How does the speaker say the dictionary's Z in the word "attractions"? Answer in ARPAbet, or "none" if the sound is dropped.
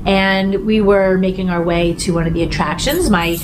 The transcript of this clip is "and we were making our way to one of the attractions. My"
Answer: Z